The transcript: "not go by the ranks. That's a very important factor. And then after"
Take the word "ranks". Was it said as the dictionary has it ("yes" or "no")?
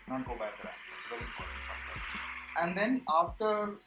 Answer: no